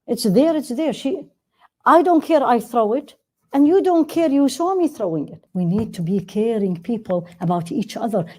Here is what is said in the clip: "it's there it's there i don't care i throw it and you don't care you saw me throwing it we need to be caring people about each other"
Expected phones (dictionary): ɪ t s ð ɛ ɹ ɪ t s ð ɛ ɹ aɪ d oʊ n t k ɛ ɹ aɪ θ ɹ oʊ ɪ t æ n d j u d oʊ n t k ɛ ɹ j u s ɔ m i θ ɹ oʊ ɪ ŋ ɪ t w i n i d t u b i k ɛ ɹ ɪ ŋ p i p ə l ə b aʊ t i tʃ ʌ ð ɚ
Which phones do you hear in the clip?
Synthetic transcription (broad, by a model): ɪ t s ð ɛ ɹ ɪ t s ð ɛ ɹ aɪ d oʊ n t k ɛ ɹ aɪ θ ɹ oʊ ɪ t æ n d j u d oʊ n t k ɛ ɹ j u ʃ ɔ m i θ ɹ oʊ ɪ ŋ ɪ t w i n i d t u b i k ɛ ɹ ɪ ŋ p i p ə l ə b aʊ t i tʃ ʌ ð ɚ